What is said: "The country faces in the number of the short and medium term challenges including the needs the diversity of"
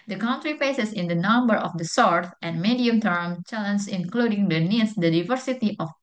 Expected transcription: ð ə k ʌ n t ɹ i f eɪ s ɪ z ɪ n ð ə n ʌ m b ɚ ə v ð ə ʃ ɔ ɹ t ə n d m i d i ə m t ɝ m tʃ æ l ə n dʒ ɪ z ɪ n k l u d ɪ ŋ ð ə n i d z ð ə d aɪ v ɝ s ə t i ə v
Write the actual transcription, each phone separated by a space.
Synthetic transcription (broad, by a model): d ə k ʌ n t ɹ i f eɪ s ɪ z ɪ n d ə n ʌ m b ɚ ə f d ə s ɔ ɹ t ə n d m i d i ə m t ɝ m tʃ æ l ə n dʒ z ɪ n k l u d ɪ ŋ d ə n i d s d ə d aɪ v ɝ s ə t i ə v